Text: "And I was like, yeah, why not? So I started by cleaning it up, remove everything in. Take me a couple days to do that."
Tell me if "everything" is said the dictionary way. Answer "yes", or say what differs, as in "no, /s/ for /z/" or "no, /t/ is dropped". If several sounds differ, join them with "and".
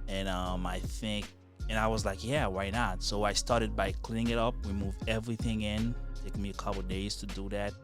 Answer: yes